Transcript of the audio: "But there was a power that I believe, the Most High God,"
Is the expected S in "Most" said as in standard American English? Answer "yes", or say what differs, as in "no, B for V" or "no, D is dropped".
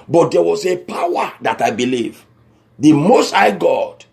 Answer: yes